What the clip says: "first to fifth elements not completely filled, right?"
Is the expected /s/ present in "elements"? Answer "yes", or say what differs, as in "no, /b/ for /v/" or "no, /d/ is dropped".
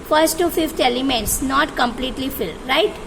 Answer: yes